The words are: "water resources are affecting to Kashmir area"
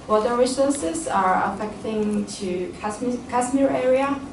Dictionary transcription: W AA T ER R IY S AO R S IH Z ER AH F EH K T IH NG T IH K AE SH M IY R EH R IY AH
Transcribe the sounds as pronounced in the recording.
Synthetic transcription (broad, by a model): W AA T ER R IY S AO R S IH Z ER AH F EH K T IH NG T IH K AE S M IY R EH R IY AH